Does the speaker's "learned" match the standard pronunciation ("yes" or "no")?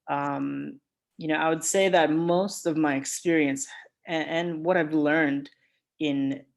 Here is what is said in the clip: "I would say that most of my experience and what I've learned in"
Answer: yes